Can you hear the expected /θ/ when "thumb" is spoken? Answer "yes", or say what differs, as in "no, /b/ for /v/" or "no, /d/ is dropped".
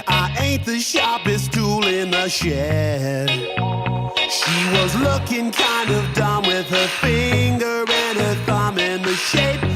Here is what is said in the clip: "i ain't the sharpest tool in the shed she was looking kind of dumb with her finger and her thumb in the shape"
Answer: yes